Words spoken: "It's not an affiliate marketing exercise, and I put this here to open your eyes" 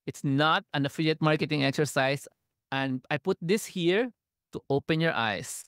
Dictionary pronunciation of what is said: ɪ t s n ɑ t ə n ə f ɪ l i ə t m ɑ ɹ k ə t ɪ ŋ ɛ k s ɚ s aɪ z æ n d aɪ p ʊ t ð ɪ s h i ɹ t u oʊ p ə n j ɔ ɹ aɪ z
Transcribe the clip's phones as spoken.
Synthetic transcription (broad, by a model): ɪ t s n ɑ t ə n ə f ɪ l i ə t m ɑ ɹ k ə t ɪ ŋ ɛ k s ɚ s aɪ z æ n d aɪ p ʊ t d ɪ s h i ɹ t u oʊ p ə n j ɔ ɹ aɪ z